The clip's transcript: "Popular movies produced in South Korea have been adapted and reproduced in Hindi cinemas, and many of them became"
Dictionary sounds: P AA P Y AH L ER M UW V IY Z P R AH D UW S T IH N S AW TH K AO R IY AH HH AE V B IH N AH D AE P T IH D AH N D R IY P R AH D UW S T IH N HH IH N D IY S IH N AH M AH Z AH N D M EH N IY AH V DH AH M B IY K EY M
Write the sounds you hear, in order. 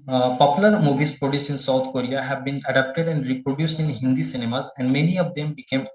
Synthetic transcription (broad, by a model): P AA P Y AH L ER M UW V IY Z P R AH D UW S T IH N S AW T K AO R IY AH HH AE V B IH N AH D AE P T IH D AH N D R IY P R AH D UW S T IH N HH IH N D IY S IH N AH M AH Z AH N D M EH N IY AH V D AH M B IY K EY M